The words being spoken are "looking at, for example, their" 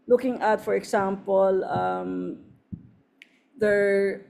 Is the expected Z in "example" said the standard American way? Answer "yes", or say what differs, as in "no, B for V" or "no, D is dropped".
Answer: no, S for Z